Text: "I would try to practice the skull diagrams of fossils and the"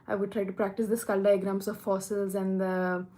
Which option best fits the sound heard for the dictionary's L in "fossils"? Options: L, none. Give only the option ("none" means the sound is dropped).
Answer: L